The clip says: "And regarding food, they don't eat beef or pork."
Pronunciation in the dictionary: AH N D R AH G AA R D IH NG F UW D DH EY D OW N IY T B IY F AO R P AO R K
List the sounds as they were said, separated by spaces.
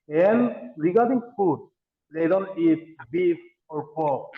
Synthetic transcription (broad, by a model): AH N R AH G AA R D IH NG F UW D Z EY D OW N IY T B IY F AO R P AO